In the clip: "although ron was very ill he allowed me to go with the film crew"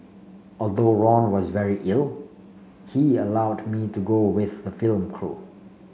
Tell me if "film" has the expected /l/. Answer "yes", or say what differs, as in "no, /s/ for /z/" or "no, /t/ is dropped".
yes